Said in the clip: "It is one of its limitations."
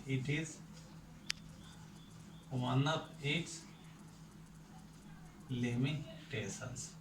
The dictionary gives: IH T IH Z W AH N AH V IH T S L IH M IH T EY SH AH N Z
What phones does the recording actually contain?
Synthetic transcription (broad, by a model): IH T IH Z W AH N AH P IH T S L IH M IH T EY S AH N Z